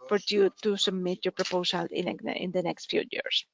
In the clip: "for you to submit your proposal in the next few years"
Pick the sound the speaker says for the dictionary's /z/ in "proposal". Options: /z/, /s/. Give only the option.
/s/